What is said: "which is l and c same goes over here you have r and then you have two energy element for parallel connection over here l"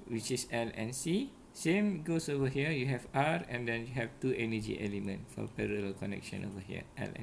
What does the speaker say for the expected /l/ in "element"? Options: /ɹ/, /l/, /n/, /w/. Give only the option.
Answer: /l/